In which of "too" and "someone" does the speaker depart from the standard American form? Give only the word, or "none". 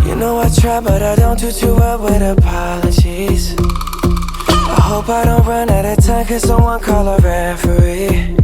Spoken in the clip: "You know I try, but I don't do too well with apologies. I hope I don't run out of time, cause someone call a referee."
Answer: none